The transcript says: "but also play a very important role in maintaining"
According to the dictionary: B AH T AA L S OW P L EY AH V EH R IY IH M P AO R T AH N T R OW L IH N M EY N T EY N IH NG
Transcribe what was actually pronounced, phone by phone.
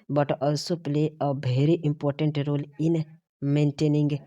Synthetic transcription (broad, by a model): B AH T AA L S OW P L EY AH B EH R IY IH M P AO R T AH N T R OW L IH N M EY N T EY N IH NG